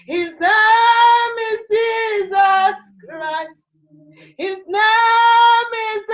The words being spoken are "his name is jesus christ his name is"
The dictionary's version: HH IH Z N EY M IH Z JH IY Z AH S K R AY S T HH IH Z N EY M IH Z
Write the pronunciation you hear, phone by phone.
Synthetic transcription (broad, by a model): HH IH Z N EY M IH Z JH IY Z AH S K R AY S T HH IH Z N EY M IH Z